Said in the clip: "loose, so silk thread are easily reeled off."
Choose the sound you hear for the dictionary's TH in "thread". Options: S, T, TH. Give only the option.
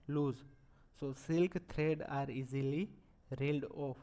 T